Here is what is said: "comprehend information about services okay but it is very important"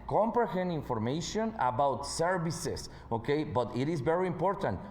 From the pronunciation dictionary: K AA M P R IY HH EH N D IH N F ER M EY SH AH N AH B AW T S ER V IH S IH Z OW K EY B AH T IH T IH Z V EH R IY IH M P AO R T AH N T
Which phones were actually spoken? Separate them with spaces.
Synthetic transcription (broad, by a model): K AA M P R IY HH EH N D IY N F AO M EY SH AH N AH B AW T S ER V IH S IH S OW K EY B AH T IH T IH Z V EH R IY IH M P AO R T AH N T